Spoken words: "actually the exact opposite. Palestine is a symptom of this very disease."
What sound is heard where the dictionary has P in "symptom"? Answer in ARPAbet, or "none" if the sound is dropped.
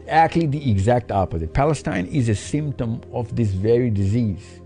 P